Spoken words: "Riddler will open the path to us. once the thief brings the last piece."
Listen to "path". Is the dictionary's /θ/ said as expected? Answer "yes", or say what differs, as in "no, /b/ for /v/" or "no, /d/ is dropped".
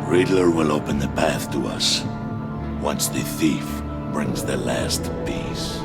yes